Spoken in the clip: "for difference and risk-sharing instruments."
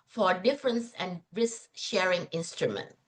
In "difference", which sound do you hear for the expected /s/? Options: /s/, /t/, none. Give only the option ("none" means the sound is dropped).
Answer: /s/